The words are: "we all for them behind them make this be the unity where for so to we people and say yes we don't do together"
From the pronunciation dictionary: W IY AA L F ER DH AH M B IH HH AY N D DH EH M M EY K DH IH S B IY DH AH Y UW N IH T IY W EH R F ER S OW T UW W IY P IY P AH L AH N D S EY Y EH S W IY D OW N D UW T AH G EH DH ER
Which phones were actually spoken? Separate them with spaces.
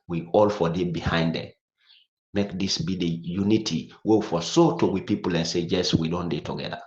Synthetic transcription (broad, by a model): W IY AA L F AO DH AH B IH HH AY N D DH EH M M EY K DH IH S B IY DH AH Y UW N IH T IY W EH W F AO S OW T UW W IY P IY P AH L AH N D S EY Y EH S W IY D OW N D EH T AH G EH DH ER